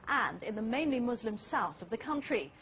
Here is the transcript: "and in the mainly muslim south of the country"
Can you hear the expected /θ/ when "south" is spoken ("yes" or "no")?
yes